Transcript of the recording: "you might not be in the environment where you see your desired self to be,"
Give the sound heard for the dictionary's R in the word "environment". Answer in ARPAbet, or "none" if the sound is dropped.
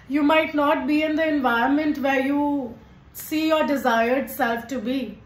none